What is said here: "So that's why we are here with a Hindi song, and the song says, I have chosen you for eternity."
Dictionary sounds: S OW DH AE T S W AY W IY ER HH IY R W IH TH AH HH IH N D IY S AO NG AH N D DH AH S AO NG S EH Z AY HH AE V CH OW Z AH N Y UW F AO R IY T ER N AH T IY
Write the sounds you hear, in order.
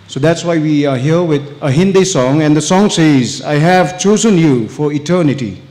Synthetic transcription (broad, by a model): S OW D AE T S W AY W IY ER HH IY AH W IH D AH HH IH N D IY S AO NG AH N D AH S AO NG S EH Z AY HH AE V CH OW Z AH N Y UW F AO R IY T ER N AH T IY